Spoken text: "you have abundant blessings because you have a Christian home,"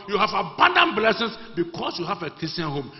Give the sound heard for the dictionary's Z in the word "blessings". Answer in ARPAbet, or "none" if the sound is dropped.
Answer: S